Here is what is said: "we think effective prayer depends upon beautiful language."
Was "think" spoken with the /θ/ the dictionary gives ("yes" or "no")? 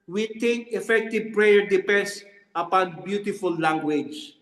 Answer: no